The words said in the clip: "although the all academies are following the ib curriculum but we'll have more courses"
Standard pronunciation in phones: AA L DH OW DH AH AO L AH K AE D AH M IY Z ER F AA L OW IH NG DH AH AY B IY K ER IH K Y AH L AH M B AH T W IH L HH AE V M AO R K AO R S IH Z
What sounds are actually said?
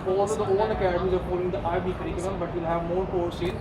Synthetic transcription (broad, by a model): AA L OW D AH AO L AH K AE D AH M IY Z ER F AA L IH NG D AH AY B IY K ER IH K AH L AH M B AH T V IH L HH AE V M AO R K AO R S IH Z